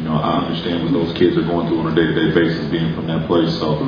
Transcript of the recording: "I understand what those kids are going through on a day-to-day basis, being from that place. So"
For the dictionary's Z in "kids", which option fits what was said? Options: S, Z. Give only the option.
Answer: Z